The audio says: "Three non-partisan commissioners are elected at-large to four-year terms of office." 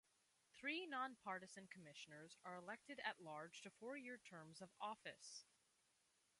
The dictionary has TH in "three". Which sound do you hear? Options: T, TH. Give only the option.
TH